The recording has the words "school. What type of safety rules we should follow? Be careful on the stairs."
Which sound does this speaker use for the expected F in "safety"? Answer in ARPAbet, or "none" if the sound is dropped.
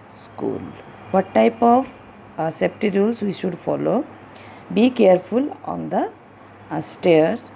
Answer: P